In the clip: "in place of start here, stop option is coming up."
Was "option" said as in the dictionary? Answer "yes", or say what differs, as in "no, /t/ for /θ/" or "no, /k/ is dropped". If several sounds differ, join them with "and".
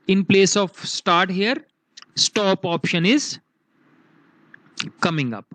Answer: yes